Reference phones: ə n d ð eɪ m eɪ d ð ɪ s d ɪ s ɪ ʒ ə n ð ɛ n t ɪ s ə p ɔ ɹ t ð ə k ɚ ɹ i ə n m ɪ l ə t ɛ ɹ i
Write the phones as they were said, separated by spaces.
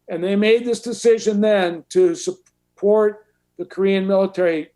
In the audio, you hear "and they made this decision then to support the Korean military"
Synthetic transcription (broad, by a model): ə n ð eɪ m eɪ d ð ɪ s d ɪ s ɪ ʒ ə n ð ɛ n t ɪ s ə p ɔ ɹ t ð ə k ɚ ɹ i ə n m ɪ l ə t ɛ ɹ i